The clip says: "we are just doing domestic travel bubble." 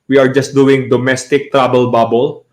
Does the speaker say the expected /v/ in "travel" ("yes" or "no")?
no